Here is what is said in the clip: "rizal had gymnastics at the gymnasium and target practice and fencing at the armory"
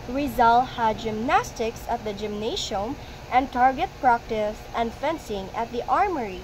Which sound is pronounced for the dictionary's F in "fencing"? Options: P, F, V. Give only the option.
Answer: F